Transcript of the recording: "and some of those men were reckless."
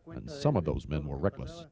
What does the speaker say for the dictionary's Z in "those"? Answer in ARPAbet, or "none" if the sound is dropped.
Z